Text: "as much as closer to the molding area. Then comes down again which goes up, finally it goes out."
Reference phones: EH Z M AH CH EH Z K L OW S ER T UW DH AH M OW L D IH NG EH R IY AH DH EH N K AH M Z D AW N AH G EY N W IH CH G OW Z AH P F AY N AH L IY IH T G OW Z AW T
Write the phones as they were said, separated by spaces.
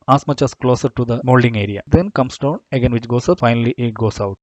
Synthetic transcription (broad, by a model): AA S M AH CH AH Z K L OW S ER T UW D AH M OW L D IH NG EH R IY AH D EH N K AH M S D AW N AH G EY N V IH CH G OW S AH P F AY N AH L IY IH T G OW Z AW T